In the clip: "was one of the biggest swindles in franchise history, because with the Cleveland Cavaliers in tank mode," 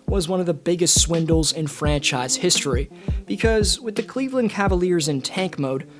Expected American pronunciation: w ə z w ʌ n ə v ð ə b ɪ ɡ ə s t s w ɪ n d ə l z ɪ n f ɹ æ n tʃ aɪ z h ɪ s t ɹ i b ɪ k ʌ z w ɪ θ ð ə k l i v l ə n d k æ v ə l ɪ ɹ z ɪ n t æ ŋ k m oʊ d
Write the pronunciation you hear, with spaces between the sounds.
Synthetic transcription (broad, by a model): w ə z w ʌ n ə v ð ə b ɪ ɡ ə s t s w ɪ n d l z ɪ n f ɹ æ n tʃ aɪ z h ɪ s t ɹ i b ɪ k ʌ z w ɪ ð ə k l i v l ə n k æ v ə l ɪ ɹ z ɪ n t æ ŋ k m oʊ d